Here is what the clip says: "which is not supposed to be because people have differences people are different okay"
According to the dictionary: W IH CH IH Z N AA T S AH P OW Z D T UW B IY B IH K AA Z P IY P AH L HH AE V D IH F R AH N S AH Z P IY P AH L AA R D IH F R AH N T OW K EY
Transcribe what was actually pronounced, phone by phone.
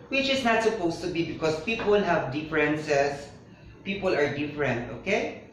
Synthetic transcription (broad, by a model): W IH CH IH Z N AA T S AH P OW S T UW B IY B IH K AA S P IY P AH L HH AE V D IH F R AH N S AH S P IY P AH L AA R D IH F R AH N T OW K EY